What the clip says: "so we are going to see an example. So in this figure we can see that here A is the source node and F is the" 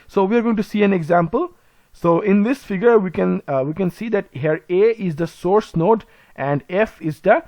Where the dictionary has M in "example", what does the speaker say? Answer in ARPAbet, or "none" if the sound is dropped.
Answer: M